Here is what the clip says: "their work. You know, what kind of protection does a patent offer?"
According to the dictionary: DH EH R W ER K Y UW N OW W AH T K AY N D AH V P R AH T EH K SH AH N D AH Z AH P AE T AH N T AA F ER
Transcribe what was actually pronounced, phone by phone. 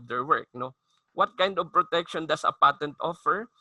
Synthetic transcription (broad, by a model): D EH R W ER K N OW W AH T K AY N D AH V P R AH T EH K SH AH N D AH S AH P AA T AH N T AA F ER